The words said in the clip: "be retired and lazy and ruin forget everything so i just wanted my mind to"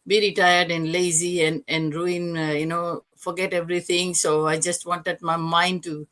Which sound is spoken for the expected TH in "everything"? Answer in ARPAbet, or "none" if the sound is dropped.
T